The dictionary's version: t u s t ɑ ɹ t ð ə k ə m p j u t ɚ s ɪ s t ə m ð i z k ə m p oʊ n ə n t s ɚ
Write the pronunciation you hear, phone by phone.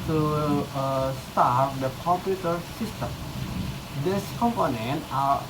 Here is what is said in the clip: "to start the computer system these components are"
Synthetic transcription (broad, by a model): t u s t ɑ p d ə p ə p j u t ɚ s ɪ s t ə m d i s k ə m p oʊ n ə n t ɚ